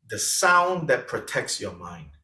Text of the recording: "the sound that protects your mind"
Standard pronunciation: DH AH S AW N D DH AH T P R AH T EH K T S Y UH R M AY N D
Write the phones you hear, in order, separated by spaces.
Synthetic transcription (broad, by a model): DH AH S AW N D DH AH T P R AH T EH K T S Y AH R M AY N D